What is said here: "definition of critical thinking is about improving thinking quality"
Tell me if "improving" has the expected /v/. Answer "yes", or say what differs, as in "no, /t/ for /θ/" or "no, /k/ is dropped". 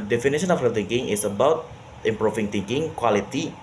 no, /f/ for /v/